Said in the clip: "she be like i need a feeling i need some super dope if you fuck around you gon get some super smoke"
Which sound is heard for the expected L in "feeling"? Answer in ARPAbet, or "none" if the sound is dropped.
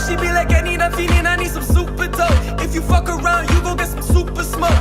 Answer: N